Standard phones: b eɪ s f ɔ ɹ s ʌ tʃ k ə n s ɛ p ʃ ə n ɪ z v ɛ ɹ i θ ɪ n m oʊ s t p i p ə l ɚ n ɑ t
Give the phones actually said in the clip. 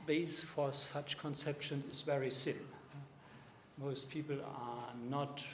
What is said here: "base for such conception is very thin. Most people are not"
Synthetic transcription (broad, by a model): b eɪ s f ɔ ɹ s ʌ tʃ k ə n s ɛ p ʃ ə n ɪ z v ɛ ɹ i s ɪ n m oʊ s t p i p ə l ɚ n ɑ t